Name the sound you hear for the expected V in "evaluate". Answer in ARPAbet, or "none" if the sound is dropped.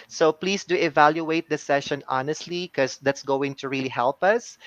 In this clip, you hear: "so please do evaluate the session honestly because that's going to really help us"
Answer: V